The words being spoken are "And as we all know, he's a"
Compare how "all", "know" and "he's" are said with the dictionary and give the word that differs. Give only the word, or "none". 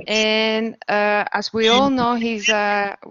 none